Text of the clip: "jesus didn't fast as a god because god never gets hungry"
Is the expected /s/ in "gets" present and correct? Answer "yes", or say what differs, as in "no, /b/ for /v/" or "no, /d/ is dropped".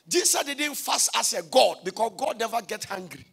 no, /s/ is dropped